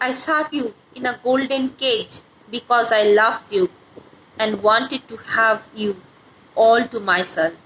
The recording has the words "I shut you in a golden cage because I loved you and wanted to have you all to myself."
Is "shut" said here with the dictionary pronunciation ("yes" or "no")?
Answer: no